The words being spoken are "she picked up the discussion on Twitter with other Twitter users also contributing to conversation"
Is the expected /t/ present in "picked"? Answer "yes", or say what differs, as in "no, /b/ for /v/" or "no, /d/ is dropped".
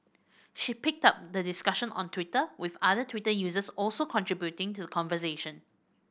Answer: yes